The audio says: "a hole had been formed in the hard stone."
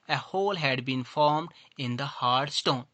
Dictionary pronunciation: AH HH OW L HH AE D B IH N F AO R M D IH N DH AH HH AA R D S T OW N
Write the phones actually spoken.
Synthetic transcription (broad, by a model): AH HH OW L HH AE D B IH N F AO R M D IH N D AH HH AA R D S T OW N